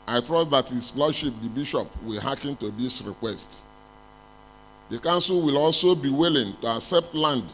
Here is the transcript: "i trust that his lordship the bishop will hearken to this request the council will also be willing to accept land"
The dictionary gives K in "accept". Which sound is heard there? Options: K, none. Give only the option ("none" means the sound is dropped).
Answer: K